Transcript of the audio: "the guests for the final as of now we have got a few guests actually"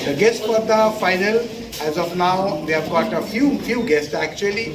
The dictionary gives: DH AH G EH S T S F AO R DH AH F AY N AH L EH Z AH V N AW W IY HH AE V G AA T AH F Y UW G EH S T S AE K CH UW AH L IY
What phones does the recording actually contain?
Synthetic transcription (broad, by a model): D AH G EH S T F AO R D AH F AY N AH L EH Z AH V N AW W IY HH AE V G AA T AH F Y UW G EH S T S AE K CH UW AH L IY